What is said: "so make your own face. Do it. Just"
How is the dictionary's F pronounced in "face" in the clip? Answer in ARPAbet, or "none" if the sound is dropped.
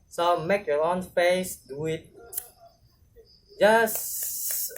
P